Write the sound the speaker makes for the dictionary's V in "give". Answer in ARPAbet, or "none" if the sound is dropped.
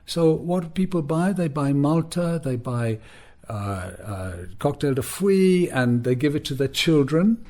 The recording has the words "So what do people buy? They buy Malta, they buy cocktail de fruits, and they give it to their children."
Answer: V